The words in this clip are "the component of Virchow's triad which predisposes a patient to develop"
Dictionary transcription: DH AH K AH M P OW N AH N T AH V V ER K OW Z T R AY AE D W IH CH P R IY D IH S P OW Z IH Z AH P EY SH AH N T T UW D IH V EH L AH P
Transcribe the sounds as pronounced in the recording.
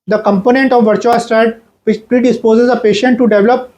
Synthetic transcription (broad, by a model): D AH K AH M P OW N AH N T AH V V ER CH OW S T R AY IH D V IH CH P R IY D IH S P OW Z IH Z AH P EY SH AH N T T UW D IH V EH L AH P